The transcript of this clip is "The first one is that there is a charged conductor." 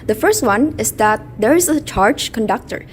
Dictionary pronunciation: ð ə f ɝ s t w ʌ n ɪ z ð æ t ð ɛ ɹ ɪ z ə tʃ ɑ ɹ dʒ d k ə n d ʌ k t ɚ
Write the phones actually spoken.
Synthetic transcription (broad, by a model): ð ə f ɝ s t w ʌ n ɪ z ð æ t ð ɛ ɹ ɪ z ə tʃ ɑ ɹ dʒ k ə n d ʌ k t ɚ